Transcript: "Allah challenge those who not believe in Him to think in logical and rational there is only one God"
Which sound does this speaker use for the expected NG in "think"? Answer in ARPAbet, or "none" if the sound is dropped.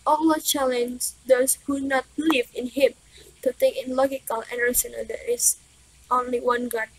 none